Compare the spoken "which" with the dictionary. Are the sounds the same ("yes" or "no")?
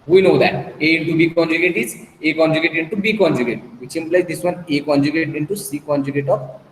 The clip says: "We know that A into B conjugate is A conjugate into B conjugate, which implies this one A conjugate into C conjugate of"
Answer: no